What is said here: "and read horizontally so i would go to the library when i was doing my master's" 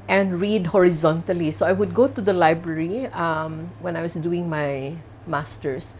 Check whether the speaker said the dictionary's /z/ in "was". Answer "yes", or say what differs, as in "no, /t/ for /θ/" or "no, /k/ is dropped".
no, /s/ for /z/